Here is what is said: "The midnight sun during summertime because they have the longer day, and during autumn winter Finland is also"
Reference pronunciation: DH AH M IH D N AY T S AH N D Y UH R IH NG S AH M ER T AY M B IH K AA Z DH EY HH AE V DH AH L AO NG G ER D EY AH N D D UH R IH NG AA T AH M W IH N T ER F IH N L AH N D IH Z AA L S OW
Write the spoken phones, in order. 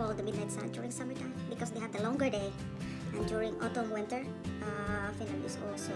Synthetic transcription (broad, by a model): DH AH M IH D N AY T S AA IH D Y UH R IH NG S AH M ER T AY M B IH K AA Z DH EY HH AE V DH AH L AO NG G ER D EY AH N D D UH R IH NG AA T AH M W IH N T ER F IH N AH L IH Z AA L S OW